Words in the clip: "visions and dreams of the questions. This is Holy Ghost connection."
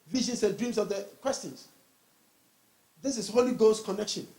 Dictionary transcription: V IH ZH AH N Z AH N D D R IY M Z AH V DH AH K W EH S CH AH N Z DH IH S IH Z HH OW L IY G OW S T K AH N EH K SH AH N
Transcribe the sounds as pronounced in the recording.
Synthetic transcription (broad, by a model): V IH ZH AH N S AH N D D R IY M S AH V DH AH K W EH S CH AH N S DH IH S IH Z HH OW L IY G OW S K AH N EH K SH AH N